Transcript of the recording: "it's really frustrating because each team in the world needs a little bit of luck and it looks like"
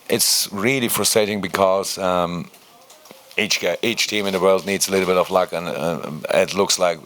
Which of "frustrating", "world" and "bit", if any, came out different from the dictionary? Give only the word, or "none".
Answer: none